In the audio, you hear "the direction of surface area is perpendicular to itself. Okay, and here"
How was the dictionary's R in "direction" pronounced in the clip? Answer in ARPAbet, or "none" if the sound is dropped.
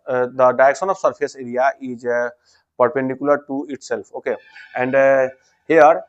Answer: none